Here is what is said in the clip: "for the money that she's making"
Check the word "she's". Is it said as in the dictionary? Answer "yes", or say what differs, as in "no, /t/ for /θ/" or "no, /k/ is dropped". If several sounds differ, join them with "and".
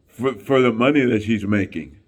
yes